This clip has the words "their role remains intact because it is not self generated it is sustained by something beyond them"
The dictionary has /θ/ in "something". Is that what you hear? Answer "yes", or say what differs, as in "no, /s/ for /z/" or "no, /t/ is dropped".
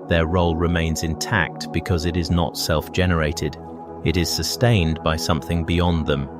yes